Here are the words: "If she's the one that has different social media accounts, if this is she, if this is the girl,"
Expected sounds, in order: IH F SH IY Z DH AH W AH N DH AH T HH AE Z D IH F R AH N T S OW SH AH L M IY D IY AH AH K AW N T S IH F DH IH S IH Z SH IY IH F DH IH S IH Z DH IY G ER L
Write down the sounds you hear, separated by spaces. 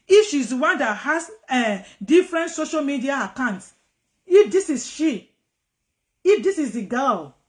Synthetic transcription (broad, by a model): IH F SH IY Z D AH W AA N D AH T HH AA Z D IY F R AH N T S OW SH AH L M IY D IY AH AH K AW N T S IH F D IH S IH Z SH IY IH F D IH S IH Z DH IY G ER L